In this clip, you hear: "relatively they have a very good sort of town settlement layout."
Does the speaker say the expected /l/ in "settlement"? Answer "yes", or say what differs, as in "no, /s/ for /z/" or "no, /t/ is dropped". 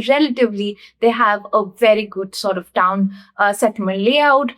no, /l/ is dropped